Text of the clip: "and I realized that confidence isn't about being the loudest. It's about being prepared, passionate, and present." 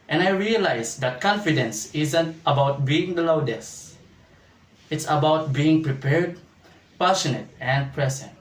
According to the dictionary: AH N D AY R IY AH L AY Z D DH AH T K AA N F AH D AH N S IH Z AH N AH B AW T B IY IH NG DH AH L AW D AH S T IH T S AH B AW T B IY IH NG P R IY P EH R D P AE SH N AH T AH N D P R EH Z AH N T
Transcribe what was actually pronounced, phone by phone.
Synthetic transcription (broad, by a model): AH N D AY R IY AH L AY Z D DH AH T K AA N F AH D AH N S IH Z AH N AH B AW T B IY IH NG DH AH L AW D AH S IH T S AH B AW T B IY IH NG P R IY P EH R D P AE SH N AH T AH N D P R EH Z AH N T